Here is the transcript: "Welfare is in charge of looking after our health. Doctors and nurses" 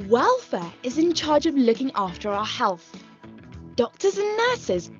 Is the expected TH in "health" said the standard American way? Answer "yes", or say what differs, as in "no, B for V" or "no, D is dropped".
yes